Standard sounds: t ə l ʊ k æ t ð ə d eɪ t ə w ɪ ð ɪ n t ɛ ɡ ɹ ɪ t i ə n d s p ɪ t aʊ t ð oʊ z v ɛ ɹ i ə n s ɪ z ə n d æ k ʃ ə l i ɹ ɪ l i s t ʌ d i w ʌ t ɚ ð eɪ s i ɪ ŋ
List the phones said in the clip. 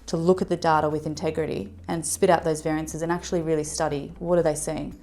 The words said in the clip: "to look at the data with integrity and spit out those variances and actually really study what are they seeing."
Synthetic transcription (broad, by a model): t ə l ʊ k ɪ t ð ə d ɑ t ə w ɪ ð ɪ n t ɛ ɡ ɹ ɪ t i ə n s p ɪ t aʊ t ð oʊ z v ɛ ɹ i ə n s ɪ z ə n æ k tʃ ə l i ɹ ɪ l i s t ʌ d i w ʌ t ɚ ð eɪ s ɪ ɪ ŋ